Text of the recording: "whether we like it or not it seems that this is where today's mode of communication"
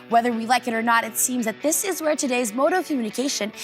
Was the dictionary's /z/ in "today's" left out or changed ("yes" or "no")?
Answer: no